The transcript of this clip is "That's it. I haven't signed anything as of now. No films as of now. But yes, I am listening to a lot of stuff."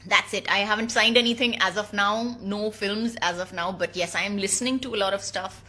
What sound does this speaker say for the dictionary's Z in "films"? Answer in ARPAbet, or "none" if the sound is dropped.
Z